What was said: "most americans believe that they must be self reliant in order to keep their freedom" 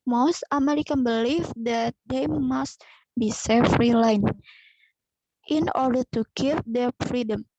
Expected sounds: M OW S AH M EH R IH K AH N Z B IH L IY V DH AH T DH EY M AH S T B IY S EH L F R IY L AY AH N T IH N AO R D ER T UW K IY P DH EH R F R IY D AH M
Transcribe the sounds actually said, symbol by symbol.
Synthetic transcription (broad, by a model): M OW S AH M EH R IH K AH N B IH L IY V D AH T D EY M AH S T B IY S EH F R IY L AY N T IH N AO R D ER T UW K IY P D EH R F R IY D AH M